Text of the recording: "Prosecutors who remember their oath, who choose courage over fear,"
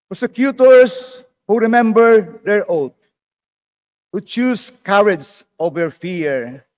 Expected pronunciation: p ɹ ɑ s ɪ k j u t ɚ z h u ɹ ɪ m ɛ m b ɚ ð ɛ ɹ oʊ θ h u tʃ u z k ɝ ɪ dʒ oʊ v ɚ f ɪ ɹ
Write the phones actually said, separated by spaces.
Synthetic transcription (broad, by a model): p ɹ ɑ s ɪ k j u t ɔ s h u ɹ ɪ m ɛ m b ɚ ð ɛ ɹ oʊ t h u tʃ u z k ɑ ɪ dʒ oʊ v ɚ f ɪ ɹ